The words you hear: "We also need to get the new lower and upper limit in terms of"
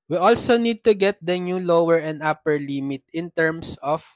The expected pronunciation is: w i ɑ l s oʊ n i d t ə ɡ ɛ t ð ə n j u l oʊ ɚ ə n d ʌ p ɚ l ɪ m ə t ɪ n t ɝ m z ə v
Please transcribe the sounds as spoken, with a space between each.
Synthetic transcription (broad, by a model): w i ɑ l s oʊ n i d t ə ɡ ɛ t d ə n j u l oʊ ɚ ə n d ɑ p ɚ l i m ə t ɪ n t ɝ m s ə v